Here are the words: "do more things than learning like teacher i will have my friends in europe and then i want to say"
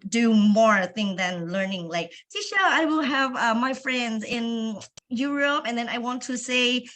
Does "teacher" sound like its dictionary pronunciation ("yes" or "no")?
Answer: no